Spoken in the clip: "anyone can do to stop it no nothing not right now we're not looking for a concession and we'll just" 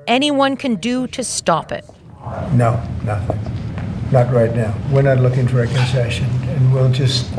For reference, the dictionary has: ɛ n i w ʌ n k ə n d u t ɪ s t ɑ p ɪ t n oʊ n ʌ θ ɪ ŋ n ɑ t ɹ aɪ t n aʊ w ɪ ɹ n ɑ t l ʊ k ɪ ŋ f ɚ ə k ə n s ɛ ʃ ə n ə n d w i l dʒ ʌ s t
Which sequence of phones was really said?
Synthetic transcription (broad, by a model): ɛ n i w ʌ n k ə n d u t ɪ s t ɑ p ɪ t n oʊ n ʌ θ ɪ ŋ n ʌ t ɹ aɪ t n aʊ w ɪ ɹ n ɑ t l ʊ k ɪ ŋ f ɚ ə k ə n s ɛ ʃ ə n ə n w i l dʒ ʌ s t